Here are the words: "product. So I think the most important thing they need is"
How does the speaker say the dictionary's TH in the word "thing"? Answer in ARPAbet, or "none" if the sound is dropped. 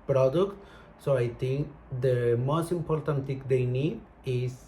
T